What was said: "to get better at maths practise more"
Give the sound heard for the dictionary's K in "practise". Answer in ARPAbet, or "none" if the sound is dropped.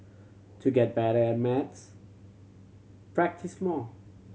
K